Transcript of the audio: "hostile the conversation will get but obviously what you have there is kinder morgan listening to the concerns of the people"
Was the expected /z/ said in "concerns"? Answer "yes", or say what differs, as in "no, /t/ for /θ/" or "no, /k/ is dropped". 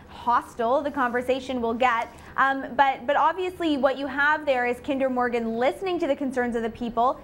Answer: yes